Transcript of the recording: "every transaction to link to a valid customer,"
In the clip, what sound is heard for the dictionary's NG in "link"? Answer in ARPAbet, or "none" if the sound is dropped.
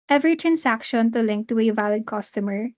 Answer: NG